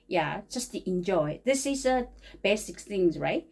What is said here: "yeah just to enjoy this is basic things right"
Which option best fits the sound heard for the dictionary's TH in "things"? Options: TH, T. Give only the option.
TH